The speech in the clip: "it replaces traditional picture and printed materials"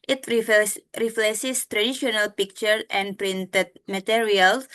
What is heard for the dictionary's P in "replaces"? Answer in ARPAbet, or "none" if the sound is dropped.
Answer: F